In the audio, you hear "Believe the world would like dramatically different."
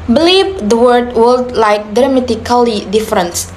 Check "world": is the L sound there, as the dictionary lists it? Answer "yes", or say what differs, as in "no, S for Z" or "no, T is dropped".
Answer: no, L is dropped